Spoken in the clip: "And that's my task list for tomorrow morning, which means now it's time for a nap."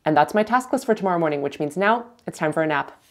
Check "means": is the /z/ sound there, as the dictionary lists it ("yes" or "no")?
yes